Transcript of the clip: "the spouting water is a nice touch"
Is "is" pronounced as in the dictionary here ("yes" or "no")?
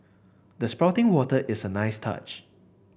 no